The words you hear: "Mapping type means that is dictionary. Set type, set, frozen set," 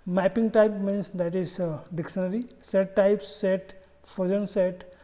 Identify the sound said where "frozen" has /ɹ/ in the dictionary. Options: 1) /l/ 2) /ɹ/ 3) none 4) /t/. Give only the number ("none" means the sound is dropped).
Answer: 3